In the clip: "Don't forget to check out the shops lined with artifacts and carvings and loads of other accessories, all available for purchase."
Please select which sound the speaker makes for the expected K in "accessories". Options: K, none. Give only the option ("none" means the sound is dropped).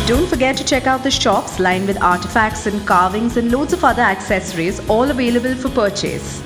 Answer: K